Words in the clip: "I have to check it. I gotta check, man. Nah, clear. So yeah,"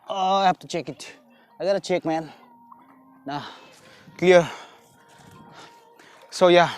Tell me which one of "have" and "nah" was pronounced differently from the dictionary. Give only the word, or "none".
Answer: have